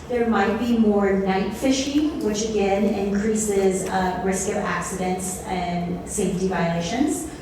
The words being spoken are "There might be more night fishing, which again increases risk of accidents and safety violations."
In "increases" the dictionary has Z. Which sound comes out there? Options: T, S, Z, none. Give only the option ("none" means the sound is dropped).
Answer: Z